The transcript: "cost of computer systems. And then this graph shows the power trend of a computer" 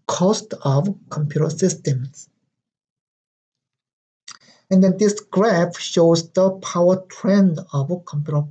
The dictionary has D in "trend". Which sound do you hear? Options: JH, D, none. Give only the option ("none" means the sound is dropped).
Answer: D